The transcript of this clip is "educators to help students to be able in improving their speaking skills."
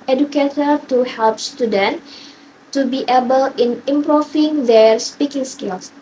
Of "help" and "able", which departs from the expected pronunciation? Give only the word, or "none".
none